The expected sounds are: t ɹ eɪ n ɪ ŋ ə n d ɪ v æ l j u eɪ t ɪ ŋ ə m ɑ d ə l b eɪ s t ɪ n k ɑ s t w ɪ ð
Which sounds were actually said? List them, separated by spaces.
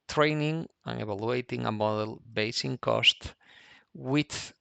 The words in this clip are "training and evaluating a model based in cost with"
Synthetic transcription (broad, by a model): t ɹ eɪ n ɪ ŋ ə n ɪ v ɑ l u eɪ t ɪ ŋ ə m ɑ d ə l b eɪ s ɪ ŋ k ɑ s t w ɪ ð